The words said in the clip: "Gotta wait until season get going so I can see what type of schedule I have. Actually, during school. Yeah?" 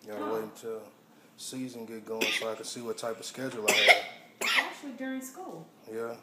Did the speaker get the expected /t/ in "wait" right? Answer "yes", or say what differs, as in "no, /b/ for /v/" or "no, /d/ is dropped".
no, /t/ is dropped